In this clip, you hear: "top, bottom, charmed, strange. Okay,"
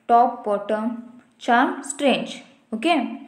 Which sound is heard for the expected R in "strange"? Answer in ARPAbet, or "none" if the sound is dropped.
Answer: R